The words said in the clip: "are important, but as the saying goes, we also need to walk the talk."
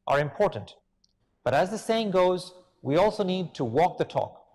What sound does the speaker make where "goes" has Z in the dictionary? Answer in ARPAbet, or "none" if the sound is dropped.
Z